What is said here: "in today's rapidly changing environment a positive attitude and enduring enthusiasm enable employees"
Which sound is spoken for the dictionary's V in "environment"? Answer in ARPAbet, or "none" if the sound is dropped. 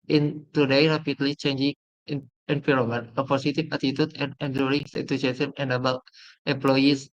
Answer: P